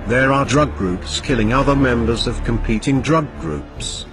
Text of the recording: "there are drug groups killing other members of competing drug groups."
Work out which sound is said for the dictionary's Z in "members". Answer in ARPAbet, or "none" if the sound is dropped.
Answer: Z